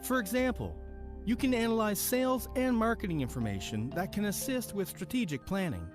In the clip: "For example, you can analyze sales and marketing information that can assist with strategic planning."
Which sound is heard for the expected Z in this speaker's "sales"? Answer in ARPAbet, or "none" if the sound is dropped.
Z